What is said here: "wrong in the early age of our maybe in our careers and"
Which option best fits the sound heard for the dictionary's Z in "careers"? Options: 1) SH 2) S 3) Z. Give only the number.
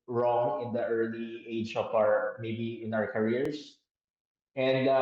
2